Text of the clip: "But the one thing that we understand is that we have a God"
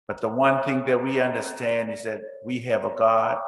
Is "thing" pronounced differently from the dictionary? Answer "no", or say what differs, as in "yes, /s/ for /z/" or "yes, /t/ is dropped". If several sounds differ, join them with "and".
no